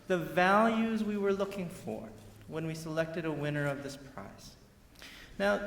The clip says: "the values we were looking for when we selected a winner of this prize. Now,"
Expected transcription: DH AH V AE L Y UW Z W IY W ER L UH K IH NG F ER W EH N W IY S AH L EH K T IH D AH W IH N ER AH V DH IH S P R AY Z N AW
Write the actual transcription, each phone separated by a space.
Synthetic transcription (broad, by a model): DH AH V AE L Y UW Z W IY W ER L UH K IH NG F ER W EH N W IY S AH L EH K T IH D AH W IH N ER AH V DH IH S P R AY S N AW